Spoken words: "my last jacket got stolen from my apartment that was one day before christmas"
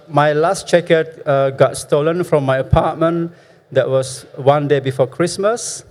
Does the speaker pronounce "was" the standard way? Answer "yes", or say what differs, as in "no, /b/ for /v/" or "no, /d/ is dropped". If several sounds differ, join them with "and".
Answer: no, /s/ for /z/